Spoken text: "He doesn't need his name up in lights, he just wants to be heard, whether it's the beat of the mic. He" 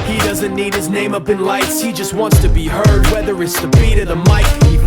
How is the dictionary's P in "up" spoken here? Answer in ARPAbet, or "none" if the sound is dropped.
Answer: P